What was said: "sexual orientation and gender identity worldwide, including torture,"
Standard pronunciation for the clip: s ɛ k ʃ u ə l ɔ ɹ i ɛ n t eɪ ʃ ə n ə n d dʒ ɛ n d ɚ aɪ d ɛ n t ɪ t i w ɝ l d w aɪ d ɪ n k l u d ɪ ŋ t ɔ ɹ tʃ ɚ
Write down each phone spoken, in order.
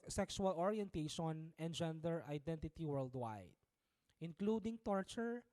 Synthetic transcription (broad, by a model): s ɛ k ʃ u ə l ɔ ɹ i ɛ n t eɪ ʃ ə n ə n d dʒ ɛ n d ɚ aɪ d ɛ n t ɪ t i w ɝ l d w aɪ d ɪ n k l u d ɪ ŋ t ɔ ɹ tʃ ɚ